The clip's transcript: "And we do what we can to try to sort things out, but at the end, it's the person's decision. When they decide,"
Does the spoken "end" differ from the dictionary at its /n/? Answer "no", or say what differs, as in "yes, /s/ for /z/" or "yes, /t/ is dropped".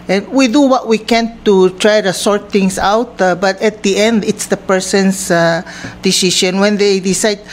no